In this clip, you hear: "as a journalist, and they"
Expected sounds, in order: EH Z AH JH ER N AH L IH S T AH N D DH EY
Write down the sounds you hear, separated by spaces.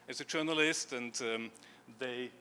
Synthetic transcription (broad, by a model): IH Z AH JH ER N AH L IH S T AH N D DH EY